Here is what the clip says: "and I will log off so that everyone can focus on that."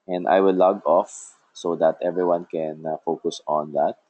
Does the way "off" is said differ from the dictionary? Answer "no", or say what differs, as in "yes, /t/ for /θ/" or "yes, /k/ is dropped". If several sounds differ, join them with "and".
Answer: no